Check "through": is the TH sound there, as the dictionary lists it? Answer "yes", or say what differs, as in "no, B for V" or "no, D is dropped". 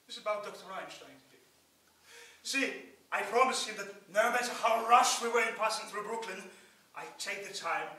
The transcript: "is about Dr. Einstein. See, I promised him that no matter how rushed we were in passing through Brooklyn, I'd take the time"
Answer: yes